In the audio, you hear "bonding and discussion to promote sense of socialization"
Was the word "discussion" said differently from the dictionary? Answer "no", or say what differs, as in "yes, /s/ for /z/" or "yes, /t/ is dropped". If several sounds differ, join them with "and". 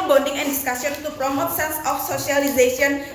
yes, /s/ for /ʃ/